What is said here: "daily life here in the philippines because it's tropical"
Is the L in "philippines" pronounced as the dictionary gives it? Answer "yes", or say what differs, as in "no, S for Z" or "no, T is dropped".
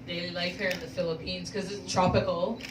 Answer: yes